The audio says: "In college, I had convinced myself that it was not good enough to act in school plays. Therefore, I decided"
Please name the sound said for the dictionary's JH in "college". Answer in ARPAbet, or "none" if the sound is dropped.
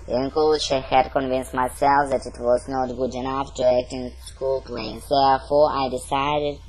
SH